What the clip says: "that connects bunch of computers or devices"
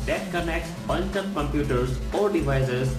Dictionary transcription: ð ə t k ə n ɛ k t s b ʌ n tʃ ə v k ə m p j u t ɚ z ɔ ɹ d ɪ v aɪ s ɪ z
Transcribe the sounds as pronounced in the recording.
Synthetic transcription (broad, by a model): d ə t k ə n ɛ k t s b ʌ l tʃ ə p k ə m p j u t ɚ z ɔ ɹ d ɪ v aɪ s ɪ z